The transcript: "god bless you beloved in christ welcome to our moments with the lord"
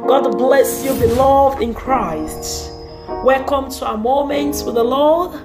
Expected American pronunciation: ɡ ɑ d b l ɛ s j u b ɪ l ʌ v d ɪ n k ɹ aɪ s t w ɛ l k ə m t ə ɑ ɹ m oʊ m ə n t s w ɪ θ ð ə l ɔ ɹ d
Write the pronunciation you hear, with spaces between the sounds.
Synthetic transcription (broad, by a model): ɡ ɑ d b l ɛ s j u b ɪ l ʌ v d ɪ n k ɹ aɪ s t w ɛ l k ə m t ə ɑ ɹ m oʊ m ə n t s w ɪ ð ə l ɔ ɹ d